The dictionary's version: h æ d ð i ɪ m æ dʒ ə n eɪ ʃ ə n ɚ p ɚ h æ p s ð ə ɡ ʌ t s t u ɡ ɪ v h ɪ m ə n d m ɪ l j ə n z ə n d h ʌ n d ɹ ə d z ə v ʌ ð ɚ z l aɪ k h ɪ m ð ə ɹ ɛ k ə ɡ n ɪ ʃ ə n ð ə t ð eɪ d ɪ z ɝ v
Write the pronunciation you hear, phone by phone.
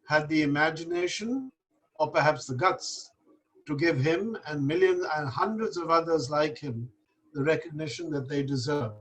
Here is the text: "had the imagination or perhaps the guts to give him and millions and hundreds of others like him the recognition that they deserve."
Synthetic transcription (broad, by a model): h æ d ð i ɪ m æ dʒ ə n eɪ ʃ ə n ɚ p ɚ h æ p s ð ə ɡ ʌ t s t u ɡ ɪ v h ɪ m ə n m ɪ l j ə n z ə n h ʌ n d ɹ ə d z ə v ʌ ð ɚ z l aɪ k h ɪ m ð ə ɹ ɛ k ə ɡ n ɪ ʃ ə n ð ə t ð eɪ d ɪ z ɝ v